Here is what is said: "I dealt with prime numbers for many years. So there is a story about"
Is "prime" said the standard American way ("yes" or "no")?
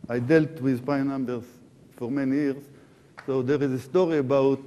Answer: no